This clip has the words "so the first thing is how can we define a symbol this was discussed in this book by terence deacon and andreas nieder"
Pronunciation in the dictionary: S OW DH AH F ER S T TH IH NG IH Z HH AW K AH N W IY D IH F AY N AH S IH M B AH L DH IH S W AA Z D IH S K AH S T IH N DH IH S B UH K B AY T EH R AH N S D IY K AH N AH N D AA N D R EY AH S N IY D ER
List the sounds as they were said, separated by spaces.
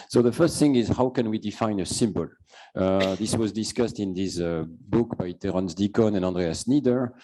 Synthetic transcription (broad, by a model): S OW DH AH F ER S T TH IH NG IH Z HH AW K AH N W IY D IH F AY N AH S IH M B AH L DH IH S W AA Z D IH S K AH S T IH N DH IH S B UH K B AY T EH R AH N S D IY K AH N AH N AA N D R EY AH S N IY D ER